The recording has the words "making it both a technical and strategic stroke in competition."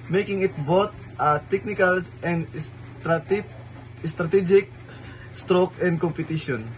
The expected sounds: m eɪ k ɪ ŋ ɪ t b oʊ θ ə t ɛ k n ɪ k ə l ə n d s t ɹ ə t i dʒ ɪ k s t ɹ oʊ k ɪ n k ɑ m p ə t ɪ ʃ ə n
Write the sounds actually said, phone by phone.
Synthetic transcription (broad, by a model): m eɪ k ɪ ŋ ɪ t b oʊ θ ə t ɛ k n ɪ k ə l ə n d s t ɹ ə t i dʒ ɪ k s t ɹ oʊ k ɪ n k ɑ m p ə t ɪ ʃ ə n